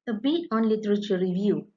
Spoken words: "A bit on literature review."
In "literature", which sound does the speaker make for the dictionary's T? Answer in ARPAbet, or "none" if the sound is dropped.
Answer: T